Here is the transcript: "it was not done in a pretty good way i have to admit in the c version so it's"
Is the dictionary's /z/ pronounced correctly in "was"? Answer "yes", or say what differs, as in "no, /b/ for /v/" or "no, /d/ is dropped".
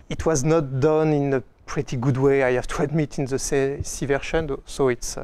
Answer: yes